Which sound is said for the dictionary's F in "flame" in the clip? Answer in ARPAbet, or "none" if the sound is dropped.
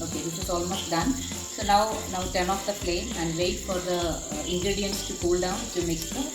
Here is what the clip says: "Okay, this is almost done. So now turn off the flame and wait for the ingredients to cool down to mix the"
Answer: P